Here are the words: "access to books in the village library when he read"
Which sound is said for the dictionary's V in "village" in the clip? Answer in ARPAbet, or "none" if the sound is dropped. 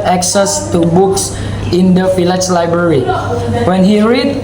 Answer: F